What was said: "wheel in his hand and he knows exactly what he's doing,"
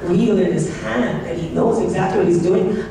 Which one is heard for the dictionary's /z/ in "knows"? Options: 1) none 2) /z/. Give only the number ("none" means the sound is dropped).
2